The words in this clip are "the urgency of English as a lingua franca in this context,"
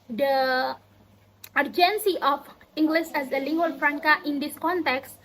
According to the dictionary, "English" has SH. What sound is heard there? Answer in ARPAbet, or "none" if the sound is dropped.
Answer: S